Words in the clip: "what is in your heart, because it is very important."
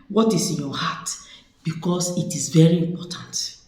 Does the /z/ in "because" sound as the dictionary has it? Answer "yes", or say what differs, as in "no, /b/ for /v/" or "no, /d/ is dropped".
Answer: no, /s/ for /z/